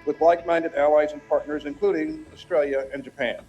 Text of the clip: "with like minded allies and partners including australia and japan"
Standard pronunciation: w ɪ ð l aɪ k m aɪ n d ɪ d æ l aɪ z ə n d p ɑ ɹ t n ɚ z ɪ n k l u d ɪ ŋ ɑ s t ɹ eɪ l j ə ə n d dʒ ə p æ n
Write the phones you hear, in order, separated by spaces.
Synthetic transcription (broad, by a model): w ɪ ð l aɪ k m aɪ n d ɪ d æ l aɪ z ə n p ɑ ɹ t n ɚ z ɪ n k l u d ɪ ŋ ɑ s t ɹ eɪ l j ə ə n dʒ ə p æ n